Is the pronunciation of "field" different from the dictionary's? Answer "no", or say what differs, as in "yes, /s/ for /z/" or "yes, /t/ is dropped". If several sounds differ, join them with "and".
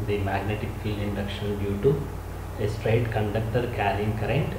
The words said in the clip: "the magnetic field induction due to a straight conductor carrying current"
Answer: yes, /d/ is dropped